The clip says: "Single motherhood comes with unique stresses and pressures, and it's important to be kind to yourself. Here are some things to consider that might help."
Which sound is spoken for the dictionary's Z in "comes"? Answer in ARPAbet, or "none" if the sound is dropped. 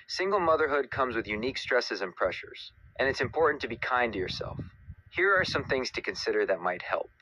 Z